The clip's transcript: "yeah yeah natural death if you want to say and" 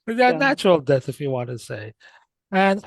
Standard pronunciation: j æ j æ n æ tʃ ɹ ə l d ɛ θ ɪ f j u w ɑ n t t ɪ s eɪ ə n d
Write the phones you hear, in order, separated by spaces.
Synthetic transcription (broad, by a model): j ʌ n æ tʃ ɹ l d ɛ θ ɪ f j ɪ w ɑ n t t ɪ s eɪ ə n